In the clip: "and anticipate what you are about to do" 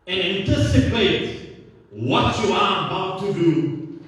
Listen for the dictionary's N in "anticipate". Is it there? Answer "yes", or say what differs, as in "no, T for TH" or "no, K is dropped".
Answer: yes